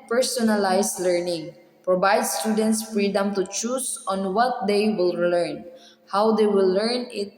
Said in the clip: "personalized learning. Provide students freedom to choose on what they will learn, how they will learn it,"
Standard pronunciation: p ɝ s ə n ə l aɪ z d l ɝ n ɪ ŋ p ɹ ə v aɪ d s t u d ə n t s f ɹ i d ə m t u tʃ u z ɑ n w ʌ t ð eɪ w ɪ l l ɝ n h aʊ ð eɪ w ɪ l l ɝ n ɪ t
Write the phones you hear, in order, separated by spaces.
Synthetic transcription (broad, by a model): p ɝ s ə n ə l aɪ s l ɝ n ɪ ŋ p ɹ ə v aɪ d s t u d ə n t s f ɹ i d ə m t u tʃ u s ɑ n w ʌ t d eɪ w ɪ l l ɝ n h aʊ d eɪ w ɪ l l ɝ n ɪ t